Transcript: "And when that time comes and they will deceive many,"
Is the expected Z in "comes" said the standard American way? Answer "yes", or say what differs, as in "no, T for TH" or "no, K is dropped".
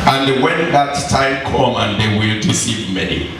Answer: no, Z is dropped